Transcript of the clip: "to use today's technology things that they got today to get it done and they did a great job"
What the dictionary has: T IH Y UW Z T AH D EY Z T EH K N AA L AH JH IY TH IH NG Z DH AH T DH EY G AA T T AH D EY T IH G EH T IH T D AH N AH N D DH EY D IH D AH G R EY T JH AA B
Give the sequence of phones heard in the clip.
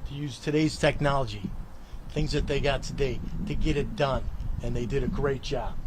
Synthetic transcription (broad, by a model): T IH Y UW Z T AH D EY Z T EH K N AA L AH JH IY TH IH NG Z DH AH T DH EY G AA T T AH D EY T IH G EH T IH T D AH N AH N DH EY D IH D AH G R EY T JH AA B